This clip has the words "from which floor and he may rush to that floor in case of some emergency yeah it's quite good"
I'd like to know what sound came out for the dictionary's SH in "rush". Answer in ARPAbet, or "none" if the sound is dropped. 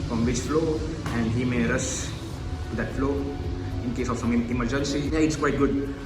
S